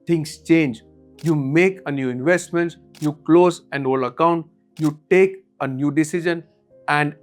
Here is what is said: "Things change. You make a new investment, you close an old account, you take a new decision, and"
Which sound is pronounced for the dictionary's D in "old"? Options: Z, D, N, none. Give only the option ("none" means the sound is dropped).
none